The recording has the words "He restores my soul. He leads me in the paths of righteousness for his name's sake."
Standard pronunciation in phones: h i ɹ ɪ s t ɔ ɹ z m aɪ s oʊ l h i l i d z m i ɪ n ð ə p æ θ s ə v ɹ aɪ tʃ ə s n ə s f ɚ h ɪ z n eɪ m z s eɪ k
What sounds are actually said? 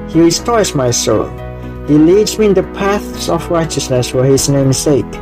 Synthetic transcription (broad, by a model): h i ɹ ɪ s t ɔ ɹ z m aɪ s oʊ l h i l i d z m i ɪ n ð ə p æ θ s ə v ɹ aɪ tʃ ə s n ə s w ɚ h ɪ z n eɪ m s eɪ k